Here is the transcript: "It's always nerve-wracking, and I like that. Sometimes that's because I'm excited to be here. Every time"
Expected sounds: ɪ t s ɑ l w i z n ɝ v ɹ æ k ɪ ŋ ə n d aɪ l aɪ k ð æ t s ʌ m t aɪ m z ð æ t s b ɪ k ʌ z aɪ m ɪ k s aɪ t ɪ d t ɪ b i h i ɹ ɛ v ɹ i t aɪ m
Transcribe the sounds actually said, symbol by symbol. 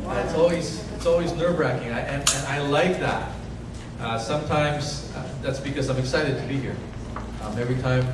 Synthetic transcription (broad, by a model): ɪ t s ɑ l w i z n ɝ b ɹ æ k ɪ ŋ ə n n aɪ l aɪ k ð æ t s ʌ m t aɪ m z ð æ t s b ɪ k ʌ z aɪ m ɪ k s aɪ t ɪ d t ɪ b i h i ɹ ɛ v ɹ i t aɪ m